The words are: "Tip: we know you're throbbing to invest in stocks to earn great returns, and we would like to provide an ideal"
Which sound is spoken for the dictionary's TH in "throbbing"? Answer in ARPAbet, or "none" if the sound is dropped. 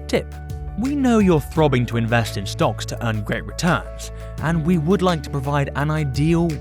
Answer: TH